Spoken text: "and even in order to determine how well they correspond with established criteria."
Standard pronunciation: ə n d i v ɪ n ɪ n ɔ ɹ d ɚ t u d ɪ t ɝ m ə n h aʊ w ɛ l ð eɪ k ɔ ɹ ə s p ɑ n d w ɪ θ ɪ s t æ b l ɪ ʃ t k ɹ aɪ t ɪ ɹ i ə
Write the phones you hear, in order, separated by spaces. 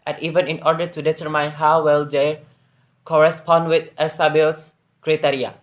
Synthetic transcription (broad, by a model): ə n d i v ɪ n ɪ n ɔ ɹ d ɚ t u d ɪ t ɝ m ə n h aʊ w ɛ l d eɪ k ɔ ɹ ə s p ɑ n d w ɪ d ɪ s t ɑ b ɪ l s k ɹ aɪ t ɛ ɹ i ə